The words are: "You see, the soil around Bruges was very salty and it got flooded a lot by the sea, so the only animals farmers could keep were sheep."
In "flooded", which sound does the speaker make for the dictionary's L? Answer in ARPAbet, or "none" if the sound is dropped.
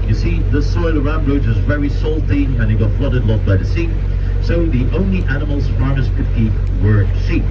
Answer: L